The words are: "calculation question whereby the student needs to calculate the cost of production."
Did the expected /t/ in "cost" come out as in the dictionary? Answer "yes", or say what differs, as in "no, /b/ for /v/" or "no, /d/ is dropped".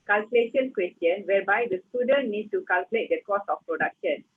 no, /t/ is dropped